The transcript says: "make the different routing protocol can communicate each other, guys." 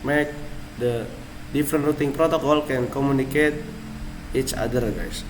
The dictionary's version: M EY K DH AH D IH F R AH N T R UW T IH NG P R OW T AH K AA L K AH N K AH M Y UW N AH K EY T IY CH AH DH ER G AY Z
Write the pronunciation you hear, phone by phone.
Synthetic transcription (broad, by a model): M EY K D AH D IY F R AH N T R UW T IH NG P R OW T AH K AA L K AH N K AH M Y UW N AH K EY T IY CH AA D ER G AY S